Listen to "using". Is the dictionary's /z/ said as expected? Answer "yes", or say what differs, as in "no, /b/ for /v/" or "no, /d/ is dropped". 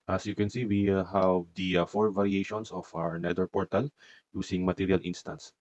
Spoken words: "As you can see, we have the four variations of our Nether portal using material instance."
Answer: no, /s/ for /z/